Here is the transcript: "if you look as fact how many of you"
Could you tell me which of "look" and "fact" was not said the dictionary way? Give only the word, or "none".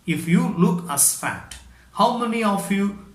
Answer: fact